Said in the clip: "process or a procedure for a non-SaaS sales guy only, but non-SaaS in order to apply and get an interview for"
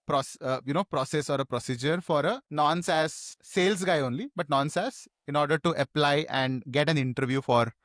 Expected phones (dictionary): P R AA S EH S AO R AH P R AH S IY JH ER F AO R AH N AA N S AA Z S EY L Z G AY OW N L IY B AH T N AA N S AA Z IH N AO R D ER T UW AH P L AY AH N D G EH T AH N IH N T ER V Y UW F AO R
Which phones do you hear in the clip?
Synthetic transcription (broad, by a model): P R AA S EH S AO R AH P R AH S IY JH ER F AO R AH N AA N S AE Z S EY L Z G AY OW N L IY B AH T N AA N S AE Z IH N AO R D ER T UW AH P L AY AH N D G EH T AH N IH N T ER V Y UW F AO R